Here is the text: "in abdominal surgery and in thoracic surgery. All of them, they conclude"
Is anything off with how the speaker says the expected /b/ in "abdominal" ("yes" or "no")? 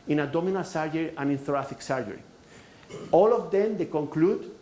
yes